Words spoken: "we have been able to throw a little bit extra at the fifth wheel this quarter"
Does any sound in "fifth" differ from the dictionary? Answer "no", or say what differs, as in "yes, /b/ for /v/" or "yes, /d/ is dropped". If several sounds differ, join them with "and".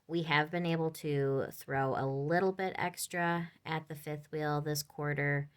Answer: no